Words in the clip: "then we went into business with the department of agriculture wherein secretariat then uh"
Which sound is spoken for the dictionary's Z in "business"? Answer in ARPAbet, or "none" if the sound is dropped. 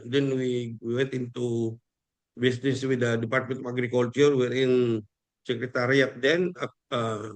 S